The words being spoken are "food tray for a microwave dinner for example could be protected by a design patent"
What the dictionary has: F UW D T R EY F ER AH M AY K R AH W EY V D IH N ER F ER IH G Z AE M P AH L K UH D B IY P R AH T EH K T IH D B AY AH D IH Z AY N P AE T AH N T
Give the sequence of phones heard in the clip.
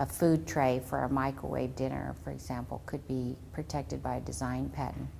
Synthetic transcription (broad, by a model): F UW D T R EY F ER AH M AY K R AH W EY V D IH N ER F ER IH G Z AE M P L K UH D B IY P R AH T EH K T IH D B AY AH D IH Z AY N P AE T N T